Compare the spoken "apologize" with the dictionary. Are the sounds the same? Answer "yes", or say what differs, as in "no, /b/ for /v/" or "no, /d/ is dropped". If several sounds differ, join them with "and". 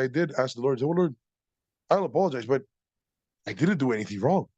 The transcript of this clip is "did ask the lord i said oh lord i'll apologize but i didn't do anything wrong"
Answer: yes